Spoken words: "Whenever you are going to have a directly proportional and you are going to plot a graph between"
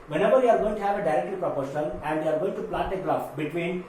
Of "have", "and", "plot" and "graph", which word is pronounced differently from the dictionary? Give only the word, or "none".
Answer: graph